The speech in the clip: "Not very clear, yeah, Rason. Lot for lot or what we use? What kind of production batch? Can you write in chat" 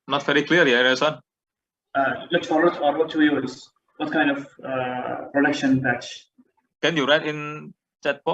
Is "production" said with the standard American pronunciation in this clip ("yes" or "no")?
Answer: yes